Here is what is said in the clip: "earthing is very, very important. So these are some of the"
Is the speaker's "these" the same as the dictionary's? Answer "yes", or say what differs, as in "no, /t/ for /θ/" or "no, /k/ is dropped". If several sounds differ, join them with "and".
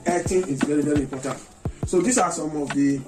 no, /s/ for /z/